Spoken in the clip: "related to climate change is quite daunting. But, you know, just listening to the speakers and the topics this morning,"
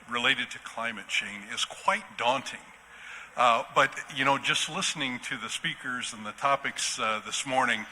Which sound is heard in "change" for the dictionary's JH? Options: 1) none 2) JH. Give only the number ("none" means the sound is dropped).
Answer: 1